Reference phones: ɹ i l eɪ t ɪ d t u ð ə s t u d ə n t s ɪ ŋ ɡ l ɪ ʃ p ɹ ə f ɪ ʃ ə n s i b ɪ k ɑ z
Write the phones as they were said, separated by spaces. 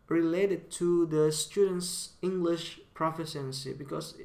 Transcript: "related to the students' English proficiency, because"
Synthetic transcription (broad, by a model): ɹ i l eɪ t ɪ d t u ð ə s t u d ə n t s ɪ ŋ ɡ l ɪ ʃ p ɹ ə f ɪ s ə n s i b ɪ k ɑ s